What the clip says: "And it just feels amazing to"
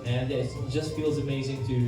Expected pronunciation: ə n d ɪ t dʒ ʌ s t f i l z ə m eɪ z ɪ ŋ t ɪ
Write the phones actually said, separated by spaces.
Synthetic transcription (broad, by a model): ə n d ɪ t dʒ ʌ s t f i l z ə m eɪ z ɪ ŋ t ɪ